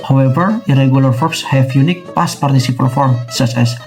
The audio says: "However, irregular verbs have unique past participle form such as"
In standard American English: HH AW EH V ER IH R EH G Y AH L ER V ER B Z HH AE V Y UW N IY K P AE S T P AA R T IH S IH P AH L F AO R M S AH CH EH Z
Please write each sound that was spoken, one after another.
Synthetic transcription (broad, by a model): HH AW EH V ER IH R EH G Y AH L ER F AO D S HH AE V Y UW N IY K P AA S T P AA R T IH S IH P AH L F AO R M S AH S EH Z